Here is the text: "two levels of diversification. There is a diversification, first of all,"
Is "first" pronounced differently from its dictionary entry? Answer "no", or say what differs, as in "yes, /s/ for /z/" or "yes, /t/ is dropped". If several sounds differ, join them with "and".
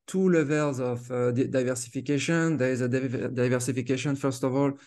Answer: no